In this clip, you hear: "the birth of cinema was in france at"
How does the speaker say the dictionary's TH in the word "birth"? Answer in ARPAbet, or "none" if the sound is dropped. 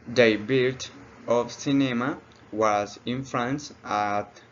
T